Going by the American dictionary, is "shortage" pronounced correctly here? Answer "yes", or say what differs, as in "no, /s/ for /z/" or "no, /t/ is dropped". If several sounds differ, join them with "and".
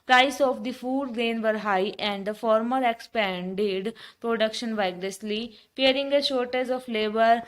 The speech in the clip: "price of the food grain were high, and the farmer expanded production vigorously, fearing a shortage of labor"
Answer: no, /z/ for /dʒ/